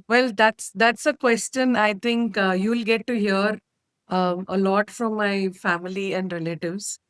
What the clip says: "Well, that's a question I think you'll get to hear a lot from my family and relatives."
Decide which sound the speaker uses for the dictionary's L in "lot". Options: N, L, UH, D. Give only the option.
L